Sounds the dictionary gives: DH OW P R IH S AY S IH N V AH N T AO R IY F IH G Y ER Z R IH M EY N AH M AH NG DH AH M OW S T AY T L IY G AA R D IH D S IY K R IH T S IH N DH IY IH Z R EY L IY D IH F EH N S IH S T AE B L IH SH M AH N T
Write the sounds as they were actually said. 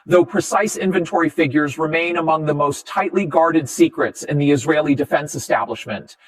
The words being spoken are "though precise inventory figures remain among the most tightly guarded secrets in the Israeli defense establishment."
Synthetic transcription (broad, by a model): DH OW P R IH S AY S IH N V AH N T AO R IY F IH G Y ER Z R IH M EY N AH M AH NG DH AH M OW S T AY T L IY G AA R D IH D S IY K R IH T S IH N DH IY IH Z R EY L IY D IH F EH N S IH S T AE B L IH SH M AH N T